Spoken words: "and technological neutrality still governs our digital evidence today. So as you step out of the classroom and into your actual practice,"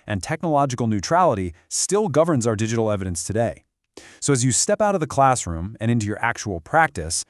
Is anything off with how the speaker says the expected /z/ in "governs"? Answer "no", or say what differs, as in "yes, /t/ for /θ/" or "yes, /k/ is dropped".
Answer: no